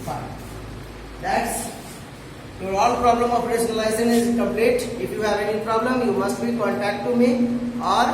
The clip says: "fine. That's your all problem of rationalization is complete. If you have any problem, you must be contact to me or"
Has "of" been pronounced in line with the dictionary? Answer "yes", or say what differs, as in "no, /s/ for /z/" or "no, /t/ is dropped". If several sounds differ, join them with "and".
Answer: no, /p/ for /v/